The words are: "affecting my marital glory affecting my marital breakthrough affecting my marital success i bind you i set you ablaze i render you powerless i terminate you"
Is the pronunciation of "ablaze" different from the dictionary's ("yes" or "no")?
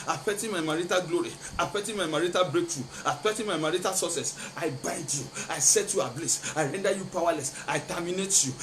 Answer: yes